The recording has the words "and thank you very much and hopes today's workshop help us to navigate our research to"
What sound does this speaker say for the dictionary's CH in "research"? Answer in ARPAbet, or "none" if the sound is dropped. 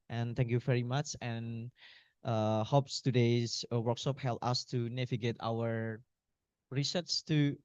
S